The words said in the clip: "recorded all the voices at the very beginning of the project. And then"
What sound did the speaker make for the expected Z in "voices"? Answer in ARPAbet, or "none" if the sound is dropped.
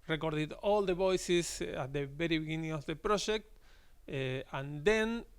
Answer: S